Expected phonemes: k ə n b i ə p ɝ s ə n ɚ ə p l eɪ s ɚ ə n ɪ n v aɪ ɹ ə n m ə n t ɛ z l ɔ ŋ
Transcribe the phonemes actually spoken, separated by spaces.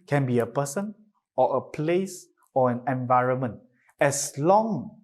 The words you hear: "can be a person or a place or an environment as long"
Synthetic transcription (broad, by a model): k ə n b i ə p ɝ s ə n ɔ ə p l eɪ s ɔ ə n ɪ n v aɪ ɹ ə n m ə n t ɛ s l ɔ ŋ